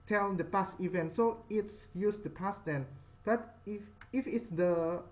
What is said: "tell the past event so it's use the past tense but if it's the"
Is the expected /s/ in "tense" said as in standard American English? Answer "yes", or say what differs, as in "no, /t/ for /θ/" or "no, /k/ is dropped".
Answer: no, /s/ is dropped